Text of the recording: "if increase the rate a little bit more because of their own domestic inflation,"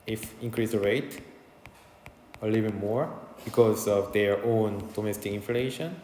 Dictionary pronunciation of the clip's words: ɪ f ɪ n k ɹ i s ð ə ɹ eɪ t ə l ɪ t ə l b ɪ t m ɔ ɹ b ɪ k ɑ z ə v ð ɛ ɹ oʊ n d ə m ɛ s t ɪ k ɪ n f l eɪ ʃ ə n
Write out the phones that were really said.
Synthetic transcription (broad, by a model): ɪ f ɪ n k ɹ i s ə ɹ eɪ t ə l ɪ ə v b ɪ m ɔ ɹ b ɪ k ɑ z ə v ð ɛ ɹ oʊ n d ə m ɛ s t ɪ k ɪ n f l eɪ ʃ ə n